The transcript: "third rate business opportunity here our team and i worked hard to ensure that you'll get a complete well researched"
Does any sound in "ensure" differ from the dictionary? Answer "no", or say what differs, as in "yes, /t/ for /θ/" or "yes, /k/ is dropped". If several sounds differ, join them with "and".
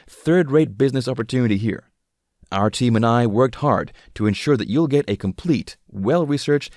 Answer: no